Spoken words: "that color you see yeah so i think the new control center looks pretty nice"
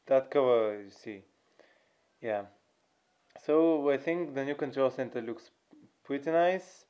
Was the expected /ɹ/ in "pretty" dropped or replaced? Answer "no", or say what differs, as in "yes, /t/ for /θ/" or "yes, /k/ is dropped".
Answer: yes, /w/ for /ɹ/